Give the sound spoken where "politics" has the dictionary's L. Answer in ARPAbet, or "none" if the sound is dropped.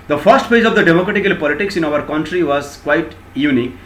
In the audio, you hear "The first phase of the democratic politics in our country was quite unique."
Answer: L